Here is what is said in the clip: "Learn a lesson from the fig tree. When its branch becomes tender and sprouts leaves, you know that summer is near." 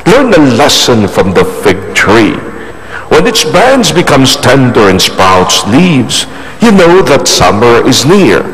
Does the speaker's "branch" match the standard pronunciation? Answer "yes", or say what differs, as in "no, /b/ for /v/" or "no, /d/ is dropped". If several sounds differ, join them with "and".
no, /ɹ/ is dropped